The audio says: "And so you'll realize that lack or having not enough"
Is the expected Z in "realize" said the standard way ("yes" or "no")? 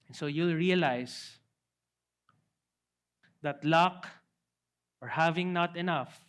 no